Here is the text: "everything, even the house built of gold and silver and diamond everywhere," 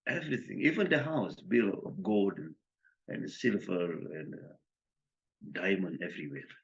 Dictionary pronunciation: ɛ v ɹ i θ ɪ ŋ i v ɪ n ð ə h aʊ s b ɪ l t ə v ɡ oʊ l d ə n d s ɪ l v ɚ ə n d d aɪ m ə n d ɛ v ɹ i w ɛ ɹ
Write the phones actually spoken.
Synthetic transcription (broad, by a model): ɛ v ɹ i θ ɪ ŋ i v ɪ n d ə h aʊ s b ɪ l ə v ɡ oʊ l d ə n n s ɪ l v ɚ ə n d d aɪ m ə n d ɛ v ɹ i w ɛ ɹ